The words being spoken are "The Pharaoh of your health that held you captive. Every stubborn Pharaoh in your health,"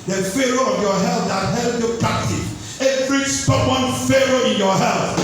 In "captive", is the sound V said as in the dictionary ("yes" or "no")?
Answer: no